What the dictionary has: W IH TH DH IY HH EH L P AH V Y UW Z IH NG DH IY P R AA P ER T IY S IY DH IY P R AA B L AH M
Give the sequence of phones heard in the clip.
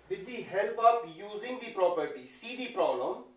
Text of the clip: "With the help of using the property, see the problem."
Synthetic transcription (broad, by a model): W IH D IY HH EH L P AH P Y UW Z IH NG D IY P R AA P ER T IY S IY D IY P R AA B L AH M